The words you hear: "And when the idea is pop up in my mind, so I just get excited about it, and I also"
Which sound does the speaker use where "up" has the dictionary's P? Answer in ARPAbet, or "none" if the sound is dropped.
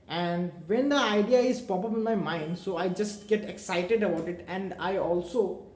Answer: B